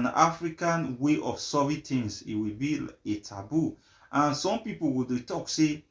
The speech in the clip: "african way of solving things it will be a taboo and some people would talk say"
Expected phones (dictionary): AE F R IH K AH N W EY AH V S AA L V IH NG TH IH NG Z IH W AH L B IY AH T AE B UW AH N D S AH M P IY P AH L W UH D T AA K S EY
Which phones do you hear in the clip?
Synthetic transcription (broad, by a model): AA F R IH K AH N W EY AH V S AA V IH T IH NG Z IH W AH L B IY AH T AE B UW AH N S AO M P IY P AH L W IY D T AA K S EY